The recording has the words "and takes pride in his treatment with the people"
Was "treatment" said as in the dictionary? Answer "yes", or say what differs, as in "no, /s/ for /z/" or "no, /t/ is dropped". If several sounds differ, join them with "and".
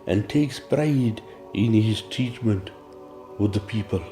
no, /ɹ/ is dropped